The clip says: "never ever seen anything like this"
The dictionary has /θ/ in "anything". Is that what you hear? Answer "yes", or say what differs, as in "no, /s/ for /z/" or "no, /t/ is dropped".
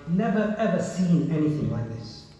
yes